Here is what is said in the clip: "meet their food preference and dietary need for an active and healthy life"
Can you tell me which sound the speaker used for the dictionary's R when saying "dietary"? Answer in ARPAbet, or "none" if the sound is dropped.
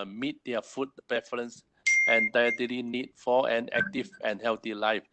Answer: L